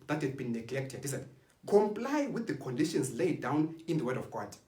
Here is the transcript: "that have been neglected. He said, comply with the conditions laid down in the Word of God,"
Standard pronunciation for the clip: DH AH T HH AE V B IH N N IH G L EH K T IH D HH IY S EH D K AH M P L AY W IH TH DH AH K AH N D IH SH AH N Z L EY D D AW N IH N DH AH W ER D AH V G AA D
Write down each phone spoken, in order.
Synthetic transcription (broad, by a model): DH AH T HH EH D B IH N N IH G L EH K T IH D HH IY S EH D K AH M P L AY W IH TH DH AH K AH N D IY SH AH N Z L EY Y D AW N IH N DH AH W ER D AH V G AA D